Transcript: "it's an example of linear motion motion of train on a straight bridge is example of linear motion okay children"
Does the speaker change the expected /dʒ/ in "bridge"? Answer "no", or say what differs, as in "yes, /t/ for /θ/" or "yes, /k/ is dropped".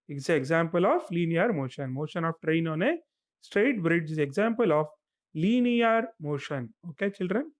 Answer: no